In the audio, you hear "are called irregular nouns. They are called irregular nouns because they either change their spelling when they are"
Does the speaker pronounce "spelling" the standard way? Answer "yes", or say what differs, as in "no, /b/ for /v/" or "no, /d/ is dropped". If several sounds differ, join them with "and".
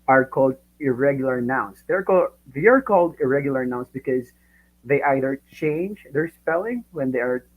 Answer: yes